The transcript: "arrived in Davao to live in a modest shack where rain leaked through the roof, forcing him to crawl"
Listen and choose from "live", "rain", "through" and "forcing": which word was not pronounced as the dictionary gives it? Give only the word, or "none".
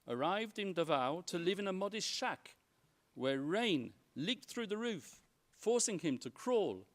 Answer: none